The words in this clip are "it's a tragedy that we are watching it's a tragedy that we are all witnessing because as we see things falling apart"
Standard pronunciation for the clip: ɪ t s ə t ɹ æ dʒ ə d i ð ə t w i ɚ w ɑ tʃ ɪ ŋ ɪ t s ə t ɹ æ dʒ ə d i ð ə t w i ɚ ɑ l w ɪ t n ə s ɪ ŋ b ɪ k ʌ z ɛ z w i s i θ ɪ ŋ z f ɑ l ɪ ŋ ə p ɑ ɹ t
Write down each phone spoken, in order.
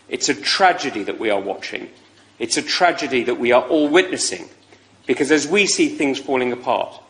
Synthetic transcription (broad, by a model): ɪ t s ə t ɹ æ dʒ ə d i ð ə t w i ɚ w ɑ tʃ ɪ ŋ ɪ t s ə t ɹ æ dʒ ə d i ð ə t w i ɚ ɑ l w ɪ t n ə s ɪ ŋ b ɪ k ʌ z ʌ z w i s i θ ɪ ŋ z f ɑ l ɪ ŋ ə p ɑ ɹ t